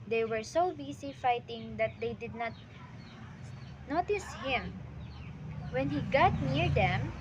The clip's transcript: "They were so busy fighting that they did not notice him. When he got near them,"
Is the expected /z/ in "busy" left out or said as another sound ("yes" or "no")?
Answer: yes